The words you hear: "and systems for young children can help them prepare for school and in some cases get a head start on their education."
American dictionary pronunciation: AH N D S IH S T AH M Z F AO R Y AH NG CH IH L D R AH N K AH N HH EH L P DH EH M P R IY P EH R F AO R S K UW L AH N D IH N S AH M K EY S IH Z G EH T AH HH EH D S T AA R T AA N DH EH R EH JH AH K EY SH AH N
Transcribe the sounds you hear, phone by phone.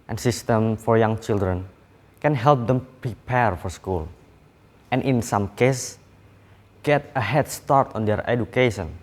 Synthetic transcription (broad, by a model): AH N S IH S T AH M F AO R Y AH NG CH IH L D R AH N K AH N HH EH L P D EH M P R IY P EH R F AO R S K UW L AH N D IH N S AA M K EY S G EH T AH HH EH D S T AA R T AA N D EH R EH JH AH K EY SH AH N